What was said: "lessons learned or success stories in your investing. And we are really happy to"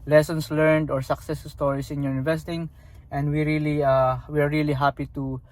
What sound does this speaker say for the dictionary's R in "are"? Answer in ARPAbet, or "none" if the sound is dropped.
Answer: W